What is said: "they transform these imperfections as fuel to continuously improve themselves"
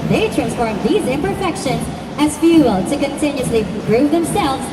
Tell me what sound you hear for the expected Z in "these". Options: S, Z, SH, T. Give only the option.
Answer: Z